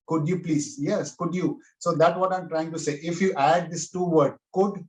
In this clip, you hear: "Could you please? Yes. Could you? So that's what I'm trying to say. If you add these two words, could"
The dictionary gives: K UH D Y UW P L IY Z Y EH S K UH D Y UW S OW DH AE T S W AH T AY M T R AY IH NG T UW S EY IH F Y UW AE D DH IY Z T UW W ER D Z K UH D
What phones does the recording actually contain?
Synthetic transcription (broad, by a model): K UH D Y UW P L IY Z Y EH S K UH D Y UW S OW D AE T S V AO T AY M T R AY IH NG T UW S EY IH F Y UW AE D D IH S T UW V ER D K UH D